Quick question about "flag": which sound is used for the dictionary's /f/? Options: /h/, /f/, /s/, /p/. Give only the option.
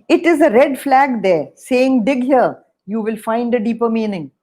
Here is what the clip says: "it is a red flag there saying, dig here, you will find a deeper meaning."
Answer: /f/